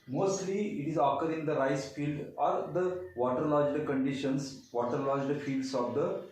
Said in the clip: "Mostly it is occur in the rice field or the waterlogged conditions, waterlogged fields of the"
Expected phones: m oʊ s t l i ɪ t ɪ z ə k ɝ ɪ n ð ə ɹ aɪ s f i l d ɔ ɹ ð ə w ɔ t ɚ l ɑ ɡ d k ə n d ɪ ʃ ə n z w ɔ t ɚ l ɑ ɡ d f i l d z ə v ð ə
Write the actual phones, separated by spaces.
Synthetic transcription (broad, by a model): m oʊ s t l i ɪ t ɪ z ə k ɝ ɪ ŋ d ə ɹ aɪ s f i l d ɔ ɹ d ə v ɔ t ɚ l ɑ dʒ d k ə n d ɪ ʃ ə n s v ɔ t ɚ l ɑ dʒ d f i l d s ə v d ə